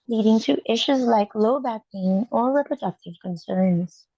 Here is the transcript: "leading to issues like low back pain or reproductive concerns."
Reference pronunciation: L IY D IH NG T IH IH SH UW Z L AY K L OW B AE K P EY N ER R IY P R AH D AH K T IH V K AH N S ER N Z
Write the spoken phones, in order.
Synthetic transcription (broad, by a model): L IY D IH NG T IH IH SH UW Z L AY K L OW B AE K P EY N ER R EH P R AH D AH K T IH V K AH N S ER N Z